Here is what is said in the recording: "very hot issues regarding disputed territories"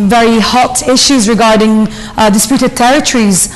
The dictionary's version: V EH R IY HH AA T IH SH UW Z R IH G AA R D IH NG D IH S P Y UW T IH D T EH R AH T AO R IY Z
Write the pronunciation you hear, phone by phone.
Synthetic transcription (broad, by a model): V EH R IY HH AA T IH SH UW Z R IH G AA R D IH NG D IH S P Y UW T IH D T EH R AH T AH R IY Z